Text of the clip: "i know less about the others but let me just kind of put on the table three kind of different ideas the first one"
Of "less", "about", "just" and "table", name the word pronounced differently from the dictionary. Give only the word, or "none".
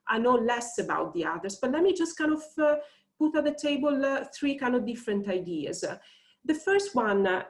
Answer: none